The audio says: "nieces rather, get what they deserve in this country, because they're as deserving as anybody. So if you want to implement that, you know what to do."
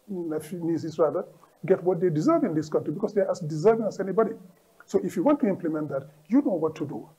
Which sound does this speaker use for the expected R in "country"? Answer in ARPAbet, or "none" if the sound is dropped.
R